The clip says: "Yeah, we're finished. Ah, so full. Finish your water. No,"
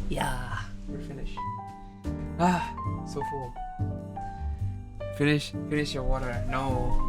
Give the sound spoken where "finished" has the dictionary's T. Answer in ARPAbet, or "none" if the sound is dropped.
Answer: none